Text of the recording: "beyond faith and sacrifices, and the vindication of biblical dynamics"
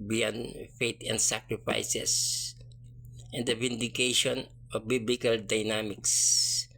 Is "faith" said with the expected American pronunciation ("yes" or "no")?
no